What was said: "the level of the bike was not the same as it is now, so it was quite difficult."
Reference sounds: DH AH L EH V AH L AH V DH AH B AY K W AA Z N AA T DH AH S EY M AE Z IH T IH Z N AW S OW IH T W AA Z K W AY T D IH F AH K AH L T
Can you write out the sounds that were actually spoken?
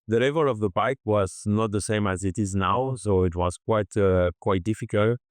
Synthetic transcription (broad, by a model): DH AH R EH V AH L AH V DH AH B AY K W AA Z N AA T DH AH S EY M AE Z IH T IH Z N AW S OW IH T W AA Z K W AY T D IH F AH K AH L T